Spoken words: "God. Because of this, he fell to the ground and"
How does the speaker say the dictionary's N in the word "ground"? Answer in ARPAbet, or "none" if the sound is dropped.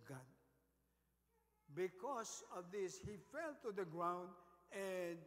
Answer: N